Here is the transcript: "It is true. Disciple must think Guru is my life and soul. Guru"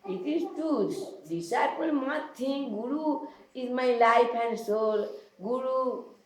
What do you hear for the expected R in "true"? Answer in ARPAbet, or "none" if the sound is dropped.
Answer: none